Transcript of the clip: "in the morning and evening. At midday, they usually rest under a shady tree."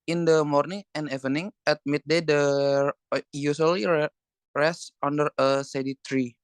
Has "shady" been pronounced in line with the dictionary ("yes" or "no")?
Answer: no